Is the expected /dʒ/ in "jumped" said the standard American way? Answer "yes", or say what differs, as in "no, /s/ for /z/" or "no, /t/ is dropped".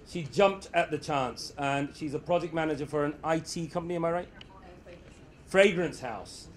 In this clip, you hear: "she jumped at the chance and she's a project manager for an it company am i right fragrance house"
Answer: yes